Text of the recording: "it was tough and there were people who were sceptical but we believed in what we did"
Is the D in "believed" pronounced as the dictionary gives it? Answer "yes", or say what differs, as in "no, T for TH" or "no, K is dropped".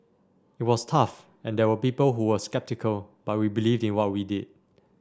yes